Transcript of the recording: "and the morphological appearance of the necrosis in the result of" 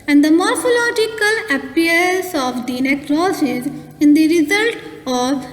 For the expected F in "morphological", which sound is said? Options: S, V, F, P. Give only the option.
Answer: F